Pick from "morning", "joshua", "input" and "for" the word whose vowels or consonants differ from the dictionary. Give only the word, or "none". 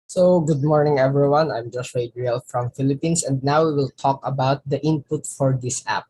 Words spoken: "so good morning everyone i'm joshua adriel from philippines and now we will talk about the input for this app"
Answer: joshua